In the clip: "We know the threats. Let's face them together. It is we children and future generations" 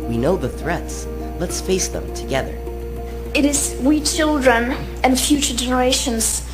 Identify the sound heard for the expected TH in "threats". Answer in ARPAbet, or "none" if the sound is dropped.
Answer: TH